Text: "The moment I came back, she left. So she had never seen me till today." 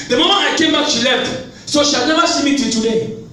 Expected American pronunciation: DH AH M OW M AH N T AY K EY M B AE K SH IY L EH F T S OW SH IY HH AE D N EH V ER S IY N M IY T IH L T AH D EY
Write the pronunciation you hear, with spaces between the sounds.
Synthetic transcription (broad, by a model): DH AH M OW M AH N AY K EY M B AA K SH IY L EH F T S OW SH IY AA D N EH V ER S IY M IY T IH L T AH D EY